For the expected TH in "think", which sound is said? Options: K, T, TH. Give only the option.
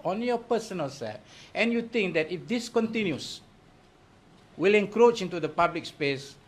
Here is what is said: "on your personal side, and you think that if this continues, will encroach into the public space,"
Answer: T